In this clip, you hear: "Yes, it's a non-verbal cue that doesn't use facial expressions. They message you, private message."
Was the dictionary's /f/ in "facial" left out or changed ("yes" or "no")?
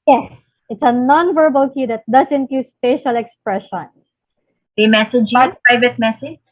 yes